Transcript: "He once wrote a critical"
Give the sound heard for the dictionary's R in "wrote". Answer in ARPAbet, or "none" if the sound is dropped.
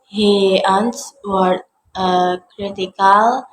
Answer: W